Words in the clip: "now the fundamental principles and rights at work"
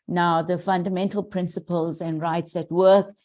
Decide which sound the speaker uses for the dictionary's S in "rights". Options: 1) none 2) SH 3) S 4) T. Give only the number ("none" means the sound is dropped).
3